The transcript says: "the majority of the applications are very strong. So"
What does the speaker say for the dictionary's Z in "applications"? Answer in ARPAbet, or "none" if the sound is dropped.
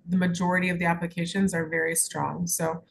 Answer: Z